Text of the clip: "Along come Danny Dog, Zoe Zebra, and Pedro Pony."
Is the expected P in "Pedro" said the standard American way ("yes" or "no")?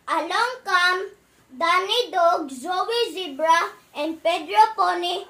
yes